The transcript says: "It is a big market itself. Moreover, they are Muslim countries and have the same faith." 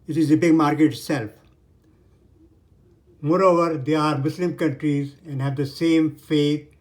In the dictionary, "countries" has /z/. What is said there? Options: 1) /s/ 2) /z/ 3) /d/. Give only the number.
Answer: 2